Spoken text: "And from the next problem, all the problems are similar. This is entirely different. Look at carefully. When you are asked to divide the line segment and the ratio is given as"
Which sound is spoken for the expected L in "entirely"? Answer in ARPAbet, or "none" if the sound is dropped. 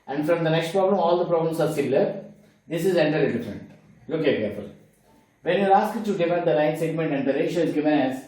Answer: none